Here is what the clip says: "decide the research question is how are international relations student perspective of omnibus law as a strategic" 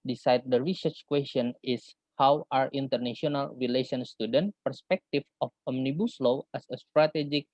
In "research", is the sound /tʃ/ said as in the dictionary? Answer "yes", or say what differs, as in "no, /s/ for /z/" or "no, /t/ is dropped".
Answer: yes